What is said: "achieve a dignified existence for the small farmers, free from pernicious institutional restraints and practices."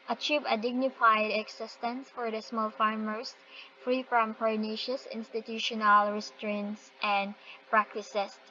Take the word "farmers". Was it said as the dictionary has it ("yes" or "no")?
no